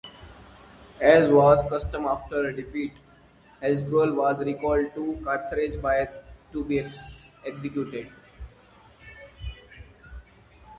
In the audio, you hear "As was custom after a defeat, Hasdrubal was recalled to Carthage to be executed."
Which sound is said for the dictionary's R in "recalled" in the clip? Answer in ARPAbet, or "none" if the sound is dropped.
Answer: R